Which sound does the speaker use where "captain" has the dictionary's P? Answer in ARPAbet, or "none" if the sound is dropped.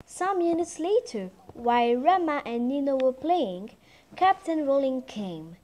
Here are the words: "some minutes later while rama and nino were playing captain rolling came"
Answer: P